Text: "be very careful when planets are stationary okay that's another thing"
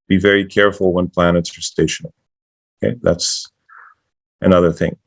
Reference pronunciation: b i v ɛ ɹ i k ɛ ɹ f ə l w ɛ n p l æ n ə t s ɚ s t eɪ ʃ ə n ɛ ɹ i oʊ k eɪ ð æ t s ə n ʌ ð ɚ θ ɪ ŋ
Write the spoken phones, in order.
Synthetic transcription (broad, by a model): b i v ɛ ɹ i k ɛ ɹ f l w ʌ n p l æ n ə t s ɚ s t eɪ ʃ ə n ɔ i k eɪ ð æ t s ə n ʌ ð ɚ θ ɪ ŋ